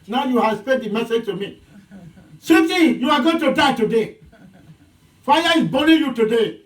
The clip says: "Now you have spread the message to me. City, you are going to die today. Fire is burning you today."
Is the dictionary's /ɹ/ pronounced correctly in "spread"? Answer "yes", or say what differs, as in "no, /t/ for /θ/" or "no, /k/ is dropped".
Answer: no, /ɹ/ is dropped